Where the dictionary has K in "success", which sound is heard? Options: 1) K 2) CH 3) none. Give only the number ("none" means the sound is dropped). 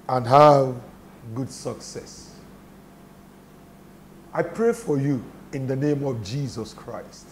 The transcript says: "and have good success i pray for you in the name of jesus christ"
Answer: 1